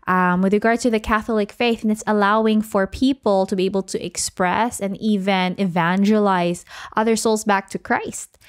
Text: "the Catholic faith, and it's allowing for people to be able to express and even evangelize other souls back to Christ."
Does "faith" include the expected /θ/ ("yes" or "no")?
yes